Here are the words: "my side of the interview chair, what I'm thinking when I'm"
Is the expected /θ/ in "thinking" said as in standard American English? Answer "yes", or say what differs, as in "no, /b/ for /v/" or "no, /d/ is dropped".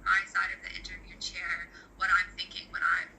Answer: yes